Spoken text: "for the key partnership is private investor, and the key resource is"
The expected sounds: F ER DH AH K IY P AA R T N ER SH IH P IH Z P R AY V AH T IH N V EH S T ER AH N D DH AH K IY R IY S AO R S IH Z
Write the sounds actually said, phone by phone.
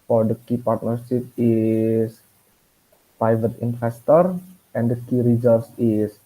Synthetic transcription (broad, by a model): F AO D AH K IY P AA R T N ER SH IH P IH S P R AY V AH T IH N F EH S T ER AH N D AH K IY R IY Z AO L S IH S